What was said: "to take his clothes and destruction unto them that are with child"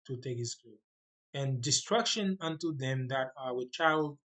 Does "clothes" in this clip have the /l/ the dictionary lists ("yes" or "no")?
no